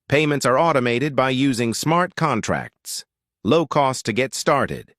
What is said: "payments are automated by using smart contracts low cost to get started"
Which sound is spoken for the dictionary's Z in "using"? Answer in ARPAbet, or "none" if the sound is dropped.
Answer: Z